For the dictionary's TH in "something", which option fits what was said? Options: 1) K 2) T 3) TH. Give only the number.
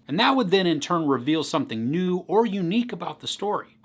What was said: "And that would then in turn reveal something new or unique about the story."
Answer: 3